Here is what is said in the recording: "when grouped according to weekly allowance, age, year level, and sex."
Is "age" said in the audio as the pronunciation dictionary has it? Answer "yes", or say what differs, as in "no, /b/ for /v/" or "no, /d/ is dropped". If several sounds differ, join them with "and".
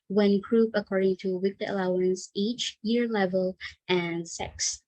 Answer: no, /tʃ/ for /dʒ/